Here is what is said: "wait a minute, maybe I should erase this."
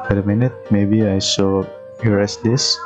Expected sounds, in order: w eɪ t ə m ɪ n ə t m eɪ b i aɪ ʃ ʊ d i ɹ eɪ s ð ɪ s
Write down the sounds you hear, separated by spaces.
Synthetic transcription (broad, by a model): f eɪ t ə m ɪ n ə t m eɪ b i aɪ s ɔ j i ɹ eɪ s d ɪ s